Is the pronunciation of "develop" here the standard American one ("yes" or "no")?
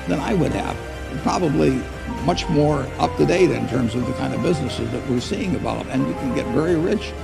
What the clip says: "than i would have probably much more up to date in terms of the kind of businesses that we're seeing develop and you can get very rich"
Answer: no